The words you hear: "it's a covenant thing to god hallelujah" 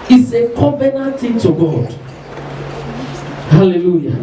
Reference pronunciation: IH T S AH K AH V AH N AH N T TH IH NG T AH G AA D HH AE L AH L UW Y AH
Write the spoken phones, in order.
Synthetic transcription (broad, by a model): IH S AH K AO B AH N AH T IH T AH G AA D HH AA L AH L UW Y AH